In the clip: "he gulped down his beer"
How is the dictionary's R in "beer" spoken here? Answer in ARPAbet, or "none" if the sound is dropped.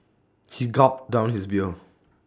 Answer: L